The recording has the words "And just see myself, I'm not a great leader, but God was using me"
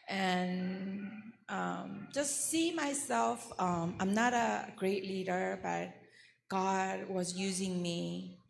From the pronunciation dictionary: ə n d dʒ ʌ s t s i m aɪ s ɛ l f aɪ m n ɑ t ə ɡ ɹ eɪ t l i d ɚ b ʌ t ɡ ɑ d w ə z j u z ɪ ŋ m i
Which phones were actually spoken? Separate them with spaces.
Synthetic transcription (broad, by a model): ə n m dʒ ʌ s t s i m aɪ s ɛ l f aɪ m n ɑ t ə ɡ ɹ eɪ t l i d ɚ b ʌ t ɡ ɑ d w ə z j u z ɪ ŋ m i